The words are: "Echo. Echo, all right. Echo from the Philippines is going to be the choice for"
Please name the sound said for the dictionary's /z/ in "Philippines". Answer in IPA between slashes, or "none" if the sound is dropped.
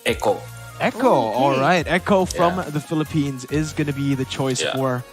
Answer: /z/